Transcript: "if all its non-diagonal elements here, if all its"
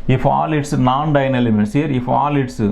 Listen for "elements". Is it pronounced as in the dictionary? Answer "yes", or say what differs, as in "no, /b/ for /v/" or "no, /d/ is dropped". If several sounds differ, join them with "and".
no, /l/ is dropped